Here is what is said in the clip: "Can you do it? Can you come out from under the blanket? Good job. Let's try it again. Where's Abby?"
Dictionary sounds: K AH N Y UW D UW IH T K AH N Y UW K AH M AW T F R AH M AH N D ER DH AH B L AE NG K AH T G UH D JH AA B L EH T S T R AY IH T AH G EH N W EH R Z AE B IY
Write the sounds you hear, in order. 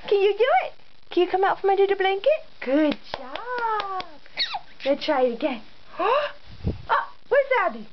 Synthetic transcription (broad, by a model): K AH N Y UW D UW IH T K AH N Y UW K AH M AW T F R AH M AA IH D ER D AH B L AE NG K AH T G UH D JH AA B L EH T T R AY IH T AH G EH N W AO W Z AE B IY